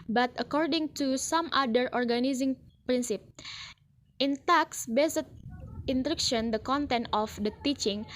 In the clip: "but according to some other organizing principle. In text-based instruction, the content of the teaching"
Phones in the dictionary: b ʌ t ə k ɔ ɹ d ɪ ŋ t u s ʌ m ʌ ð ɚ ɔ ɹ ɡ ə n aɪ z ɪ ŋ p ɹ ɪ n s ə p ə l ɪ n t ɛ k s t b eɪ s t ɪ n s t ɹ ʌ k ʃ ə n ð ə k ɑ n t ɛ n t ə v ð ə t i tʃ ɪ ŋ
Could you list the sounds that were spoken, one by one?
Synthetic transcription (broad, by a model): b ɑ t ə k ɔ ɹ d ɪ ŋ t u s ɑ m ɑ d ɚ ɔ ɹ ɡ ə n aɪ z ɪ ŋ p ɹ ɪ n s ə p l ɪ n t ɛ k s b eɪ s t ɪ n t ɹ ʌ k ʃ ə n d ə k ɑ n t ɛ n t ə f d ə t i tʃ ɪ ŋ